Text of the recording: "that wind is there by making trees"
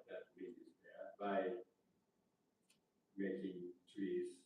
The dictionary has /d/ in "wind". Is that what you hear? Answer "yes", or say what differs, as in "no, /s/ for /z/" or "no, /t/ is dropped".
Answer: no, /d/ is dropped